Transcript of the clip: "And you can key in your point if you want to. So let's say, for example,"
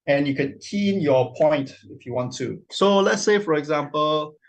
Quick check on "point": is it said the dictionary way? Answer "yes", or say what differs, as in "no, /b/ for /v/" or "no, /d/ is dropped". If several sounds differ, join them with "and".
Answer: yes